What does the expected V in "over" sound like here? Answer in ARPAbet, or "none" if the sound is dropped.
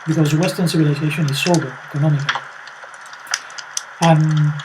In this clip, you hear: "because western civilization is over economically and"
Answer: B